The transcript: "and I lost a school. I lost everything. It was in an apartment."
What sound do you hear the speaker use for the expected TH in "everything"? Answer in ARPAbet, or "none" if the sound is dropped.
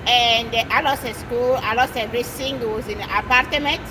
S